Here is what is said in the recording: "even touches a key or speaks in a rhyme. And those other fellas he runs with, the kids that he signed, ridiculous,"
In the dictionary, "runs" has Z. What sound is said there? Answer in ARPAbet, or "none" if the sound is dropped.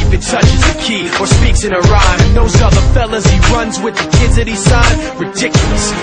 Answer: Z